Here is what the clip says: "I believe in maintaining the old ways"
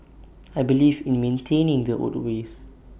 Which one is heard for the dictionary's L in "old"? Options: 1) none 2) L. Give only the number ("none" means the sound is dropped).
1